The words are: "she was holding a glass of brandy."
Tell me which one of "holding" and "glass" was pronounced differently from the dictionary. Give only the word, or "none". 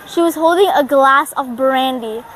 none